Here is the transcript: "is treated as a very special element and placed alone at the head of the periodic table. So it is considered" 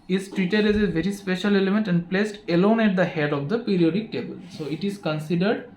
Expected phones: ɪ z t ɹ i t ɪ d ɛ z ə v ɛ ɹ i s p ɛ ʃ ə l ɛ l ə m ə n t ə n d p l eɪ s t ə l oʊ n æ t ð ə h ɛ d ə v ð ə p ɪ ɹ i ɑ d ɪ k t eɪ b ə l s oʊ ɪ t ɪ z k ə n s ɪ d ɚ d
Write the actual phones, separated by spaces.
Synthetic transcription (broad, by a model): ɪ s t ɹ i t ɪ d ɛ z ə v ɛ ɹ i s p ɛ ʃ ə l ɛ l ə m ə n t ə n d p l eɪ s t ə l oʊ n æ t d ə h ɛ d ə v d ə p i ɹ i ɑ d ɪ k t eɪ b ə l s oʊ ɪ t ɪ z k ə n s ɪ d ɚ d